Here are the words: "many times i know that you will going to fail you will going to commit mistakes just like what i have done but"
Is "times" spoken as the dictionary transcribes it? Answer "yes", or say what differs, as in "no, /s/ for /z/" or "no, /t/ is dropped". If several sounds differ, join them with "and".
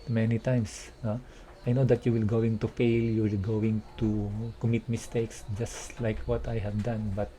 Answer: no, /s/ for /z/